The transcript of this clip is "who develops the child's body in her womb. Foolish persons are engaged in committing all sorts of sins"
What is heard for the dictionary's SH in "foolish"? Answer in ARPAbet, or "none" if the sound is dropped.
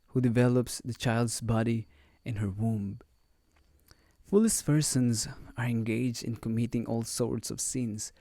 S